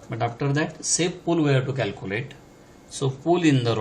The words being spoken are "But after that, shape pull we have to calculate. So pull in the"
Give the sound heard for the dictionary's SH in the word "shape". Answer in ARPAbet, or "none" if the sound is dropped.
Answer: S